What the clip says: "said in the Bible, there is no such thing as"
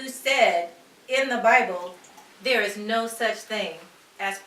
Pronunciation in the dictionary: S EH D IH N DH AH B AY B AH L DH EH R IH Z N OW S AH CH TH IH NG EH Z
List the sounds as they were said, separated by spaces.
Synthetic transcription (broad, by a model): S EH D IH N DH AH B AY B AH L DH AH R IH Z N OW S AH CH TH IH NG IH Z